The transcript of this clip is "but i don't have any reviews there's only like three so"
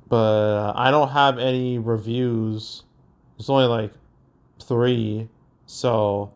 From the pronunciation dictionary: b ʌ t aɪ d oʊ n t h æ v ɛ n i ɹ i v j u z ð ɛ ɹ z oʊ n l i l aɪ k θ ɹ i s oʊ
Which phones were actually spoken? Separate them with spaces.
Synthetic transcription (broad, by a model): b ʌ t aɪ d oʊ n t h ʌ v ɛ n i ɹ i v j u z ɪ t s oʊ n l i l aɪ k θ ɹ i s oʊ